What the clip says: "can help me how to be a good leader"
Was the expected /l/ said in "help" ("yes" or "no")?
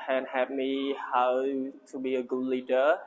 no